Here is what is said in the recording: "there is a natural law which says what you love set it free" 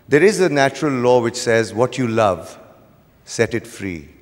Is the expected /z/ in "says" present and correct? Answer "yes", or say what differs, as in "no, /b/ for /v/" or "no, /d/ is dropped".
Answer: yes